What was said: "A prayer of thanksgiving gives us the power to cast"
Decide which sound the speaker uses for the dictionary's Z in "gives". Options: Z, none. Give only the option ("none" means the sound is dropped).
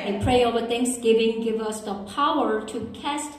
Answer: none